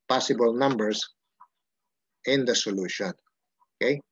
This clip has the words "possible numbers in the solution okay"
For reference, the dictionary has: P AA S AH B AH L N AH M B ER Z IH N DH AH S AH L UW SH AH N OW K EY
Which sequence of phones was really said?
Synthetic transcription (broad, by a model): P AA S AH B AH L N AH M B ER S IH N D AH S AH L UW SH AH N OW K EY